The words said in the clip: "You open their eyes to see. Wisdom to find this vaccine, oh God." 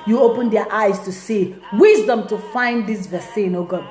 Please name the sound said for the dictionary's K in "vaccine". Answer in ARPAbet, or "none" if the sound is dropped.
none